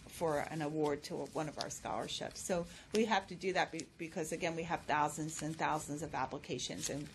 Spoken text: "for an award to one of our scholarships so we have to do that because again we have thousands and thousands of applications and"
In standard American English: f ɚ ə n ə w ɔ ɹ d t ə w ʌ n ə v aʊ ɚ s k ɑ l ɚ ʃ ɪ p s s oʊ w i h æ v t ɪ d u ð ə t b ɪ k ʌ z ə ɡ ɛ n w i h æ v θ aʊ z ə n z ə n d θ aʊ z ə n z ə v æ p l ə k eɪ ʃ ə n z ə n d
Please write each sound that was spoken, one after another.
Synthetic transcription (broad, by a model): f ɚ ə n ə w ɔ ɹ d t ə w ʌ n ə v aʊ ɚ s k ɑ l ɚ ʃ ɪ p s s oʊ w i h æ f t ɪ d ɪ ð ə t b ɪ k ʌ z ə ɡ ɛ n w i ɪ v θ aʊ z ə n z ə n θ aʊ z ə n z ə v æ p l ə k eɪ ʃ ə n z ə n